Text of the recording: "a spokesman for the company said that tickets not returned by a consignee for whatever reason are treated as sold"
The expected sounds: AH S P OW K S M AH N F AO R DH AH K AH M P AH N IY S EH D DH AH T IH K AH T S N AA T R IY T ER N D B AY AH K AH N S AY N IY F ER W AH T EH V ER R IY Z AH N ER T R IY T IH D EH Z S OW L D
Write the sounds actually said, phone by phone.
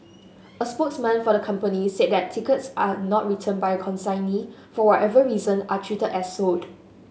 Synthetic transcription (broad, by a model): AH S P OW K S M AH N F AO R AH K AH M P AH N IY S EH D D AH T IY K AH T S N AA T R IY T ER N B AY AH K AH N S AY N IY F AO W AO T EH V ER R IY Z AH N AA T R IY T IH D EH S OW D